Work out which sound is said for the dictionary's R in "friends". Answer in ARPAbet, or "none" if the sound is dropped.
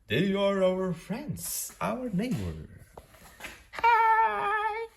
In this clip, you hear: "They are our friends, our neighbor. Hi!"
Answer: R